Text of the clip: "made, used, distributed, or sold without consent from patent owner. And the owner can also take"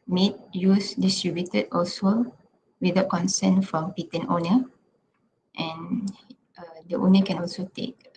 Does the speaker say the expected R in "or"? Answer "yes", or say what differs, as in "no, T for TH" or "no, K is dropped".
no, L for R